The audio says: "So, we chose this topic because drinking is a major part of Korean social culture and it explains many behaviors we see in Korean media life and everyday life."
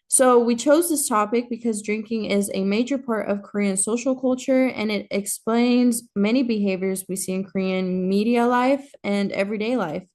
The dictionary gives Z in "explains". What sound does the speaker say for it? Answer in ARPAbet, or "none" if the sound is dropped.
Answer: Z